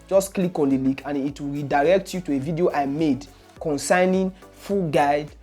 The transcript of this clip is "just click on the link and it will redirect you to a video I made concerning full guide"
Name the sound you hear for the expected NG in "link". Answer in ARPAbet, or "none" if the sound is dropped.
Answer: none